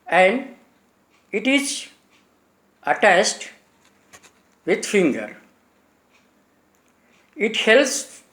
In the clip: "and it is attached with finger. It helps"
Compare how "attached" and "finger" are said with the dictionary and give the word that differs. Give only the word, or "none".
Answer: attached